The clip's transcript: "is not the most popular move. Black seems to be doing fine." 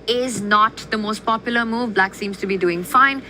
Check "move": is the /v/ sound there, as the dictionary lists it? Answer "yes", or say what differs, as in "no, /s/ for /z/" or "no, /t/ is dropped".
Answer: yes